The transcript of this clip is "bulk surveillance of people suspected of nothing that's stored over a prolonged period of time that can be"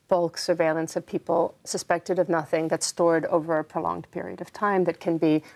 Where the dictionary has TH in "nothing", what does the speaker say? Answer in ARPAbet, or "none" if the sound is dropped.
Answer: TH